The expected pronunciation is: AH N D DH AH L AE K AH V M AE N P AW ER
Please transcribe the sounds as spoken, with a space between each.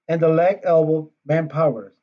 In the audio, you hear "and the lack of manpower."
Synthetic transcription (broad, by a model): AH N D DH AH L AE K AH B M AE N P AW ER